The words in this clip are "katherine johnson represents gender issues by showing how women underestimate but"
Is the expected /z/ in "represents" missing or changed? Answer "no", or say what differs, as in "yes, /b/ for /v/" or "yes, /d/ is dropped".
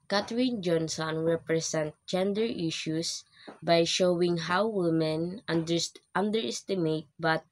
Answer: yes, /s/ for /z/